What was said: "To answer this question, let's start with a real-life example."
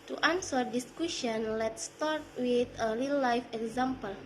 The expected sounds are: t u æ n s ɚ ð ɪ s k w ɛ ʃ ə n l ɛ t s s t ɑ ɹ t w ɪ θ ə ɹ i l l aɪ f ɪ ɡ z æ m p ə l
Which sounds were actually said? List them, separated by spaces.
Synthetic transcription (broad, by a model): t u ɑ n s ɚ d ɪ s k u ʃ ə n l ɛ t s s t ɑ ɹ t w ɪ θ ə l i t l aɪ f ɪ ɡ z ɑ m p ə l